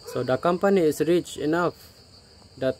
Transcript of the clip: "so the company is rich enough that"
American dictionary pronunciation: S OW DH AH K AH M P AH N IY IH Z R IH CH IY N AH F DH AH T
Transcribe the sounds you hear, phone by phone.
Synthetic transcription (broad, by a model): S OW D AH K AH M P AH N IY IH S R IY CH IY N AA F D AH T